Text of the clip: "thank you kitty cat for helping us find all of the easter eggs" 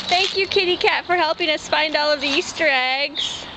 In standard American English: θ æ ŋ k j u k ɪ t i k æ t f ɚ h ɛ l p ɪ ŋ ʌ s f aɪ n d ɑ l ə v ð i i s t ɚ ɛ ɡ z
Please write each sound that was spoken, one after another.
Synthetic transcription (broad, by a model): θ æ ŋ k j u k ɪ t i k æ t f ɚ h ɛ l p ɪ ŋ ʌ s f aɪ n d ɑ l ə v ð i i s t ɚ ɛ ɡ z